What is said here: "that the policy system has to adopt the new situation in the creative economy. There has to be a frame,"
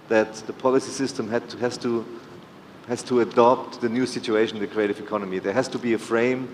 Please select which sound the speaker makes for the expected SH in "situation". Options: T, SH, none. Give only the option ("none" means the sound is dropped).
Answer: none